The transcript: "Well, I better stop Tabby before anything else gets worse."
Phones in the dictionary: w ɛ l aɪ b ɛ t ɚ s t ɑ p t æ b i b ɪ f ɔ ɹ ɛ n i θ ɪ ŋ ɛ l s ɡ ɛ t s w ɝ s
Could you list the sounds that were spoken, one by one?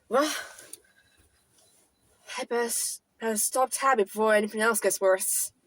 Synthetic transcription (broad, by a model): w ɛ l aɪ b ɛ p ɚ s t ɑ p t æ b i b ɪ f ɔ ɹ ɛ n i θ ɪ ŋ ɛ l s ɡ ɛ t s w ɝ s